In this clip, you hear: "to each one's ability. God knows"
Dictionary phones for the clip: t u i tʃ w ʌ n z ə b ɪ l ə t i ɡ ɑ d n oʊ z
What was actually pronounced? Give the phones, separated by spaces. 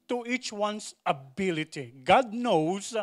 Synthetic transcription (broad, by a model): t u i tʃ w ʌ n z ə b ɪ l ə t i ɡ ɑ d n oʊ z